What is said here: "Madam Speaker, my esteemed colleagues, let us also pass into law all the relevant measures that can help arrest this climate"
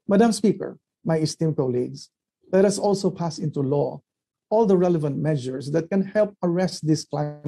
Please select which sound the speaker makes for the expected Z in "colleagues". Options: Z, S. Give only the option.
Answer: S